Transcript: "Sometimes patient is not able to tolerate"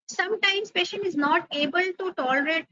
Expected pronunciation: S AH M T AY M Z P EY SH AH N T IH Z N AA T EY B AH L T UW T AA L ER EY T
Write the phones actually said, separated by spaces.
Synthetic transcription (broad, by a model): S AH M T AY M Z P EY SH AH N T IH Z N AA T EY B AH L T UW T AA L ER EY T